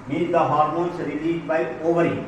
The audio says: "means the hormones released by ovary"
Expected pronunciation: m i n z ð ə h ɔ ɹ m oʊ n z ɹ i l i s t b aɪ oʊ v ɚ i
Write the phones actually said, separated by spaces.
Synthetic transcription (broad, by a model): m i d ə h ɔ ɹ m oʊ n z ɹ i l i t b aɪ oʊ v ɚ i